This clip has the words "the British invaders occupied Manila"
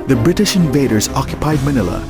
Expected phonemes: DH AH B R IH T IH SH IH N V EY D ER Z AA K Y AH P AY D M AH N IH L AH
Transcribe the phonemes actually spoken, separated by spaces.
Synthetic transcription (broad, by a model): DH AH B R IH T IH SH IH N V EY D ER Z AA K Y AH P AY D M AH N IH L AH